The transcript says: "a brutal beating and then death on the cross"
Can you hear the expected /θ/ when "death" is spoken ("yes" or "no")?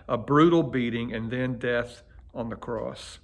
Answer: yes